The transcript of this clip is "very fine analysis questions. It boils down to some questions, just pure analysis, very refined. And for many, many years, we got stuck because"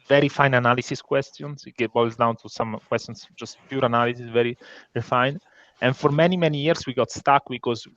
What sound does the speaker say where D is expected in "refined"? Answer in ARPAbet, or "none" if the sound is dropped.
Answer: none